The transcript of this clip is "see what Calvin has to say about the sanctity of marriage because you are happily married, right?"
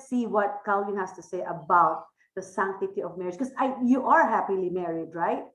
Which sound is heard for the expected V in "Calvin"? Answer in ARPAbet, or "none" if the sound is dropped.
none